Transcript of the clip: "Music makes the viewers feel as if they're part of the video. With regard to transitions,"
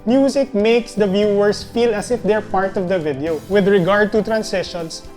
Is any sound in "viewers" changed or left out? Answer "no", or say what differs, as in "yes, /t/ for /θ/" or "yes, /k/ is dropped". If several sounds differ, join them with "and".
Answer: yes, /s/ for /z/